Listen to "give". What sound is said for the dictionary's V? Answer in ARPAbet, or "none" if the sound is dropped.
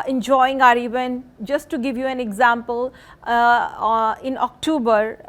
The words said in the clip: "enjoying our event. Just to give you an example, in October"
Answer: V